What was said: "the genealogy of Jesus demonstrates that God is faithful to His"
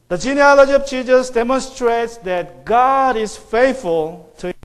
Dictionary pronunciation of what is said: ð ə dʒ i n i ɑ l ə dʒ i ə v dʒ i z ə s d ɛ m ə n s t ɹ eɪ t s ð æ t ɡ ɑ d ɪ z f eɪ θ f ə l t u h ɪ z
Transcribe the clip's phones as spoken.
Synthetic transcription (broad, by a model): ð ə dʒ i n i ɑ l ə dʒ i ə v tʃ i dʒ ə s d ɛ m ə n s t ɹ eɪ t s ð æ t ɡ ɑ d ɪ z f eɪ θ f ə l t u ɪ